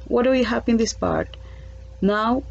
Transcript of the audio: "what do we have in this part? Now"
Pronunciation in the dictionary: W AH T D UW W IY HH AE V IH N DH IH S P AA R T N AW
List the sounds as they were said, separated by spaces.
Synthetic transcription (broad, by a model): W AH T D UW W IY HH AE P IH N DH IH S P AA R T N AW